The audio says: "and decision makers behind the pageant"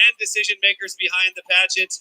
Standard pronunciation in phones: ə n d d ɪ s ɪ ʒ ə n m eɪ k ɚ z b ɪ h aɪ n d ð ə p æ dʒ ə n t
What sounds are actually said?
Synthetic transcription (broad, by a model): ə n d d ɪ s ɪ ʒ ə n m eɪ k ɚ z b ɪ h aɪ n ð ə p æ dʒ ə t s